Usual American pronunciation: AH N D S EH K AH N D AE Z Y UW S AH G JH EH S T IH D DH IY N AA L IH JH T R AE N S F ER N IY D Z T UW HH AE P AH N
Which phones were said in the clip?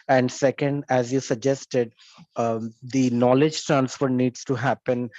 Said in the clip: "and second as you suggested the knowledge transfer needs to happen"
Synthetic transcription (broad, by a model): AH N D S EH K AH N D AE Z Y UW S AH G JH EH S T IH D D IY N AA L IH JH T AE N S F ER N IY D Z T UW HH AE P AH N